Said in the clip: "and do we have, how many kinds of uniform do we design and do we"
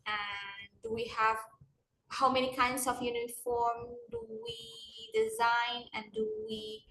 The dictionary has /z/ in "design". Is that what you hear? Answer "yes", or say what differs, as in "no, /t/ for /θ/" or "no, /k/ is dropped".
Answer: yes